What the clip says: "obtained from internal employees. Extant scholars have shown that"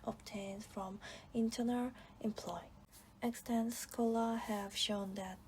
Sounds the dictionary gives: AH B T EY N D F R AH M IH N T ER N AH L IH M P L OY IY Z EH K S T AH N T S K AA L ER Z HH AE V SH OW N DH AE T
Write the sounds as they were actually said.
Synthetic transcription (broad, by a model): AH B T EY N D F R AH M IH N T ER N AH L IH M P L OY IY EH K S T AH N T S K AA L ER HH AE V SH OW N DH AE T